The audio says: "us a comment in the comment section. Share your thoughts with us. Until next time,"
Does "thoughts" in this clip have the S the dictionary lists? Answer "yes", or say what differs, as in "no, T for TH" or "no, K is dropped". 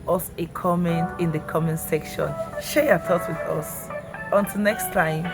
no, S is dropped